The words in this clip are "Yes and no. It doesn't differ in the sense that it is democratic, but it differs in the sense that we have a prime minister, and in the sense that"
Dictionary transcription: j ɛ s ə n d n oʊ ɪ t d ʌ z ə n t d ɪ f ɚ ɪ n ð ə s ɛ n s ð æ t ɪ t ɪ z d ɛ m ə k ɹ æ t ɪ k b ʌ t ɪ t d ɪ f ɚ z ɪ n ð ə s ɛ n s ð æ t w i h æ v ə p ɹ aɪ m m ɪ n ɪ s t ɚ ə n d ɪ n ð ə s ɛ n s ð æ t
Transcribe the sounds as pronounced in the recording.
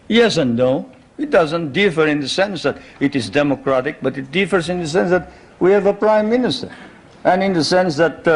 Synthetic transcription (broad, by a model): j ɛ s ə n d n oʊ ɪ t d ʌ z ə n t d ɪ f ɚ ɪ n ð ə s ɛ n s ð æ t ɪ t ɪ z d ɛ m ə k ɹ æ t ɪ k b ʌ t ɪ t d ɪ f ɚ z ɪ n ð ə s ɛ n s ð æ t w i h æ v ə p ɹ aɪ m m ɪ n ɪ s t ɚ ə n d ɪ n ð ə s ɛ n s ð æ t